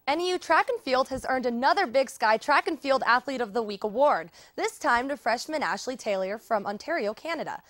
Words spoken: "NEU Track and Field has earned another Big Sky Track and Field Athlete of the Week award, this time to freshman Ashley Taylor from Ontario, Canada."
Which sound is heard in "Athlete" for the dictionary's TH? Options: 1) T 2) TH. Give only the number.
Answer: 2